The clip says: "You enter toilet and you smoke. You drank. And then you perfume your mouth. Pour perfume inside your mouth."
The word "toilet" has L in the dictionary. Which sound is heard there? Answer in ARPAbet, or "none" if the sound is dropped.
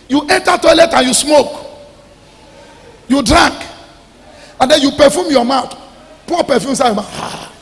L